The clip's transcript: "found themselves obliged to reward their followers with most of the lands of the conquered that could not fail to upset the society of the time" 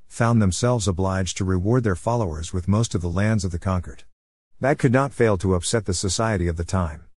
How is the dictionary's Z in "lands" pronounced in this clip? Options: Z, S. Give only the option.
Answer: Z